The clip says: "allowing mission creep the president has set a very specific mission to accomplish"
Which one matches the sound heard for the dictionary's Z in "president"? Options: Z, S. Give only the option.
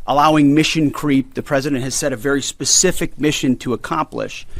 Z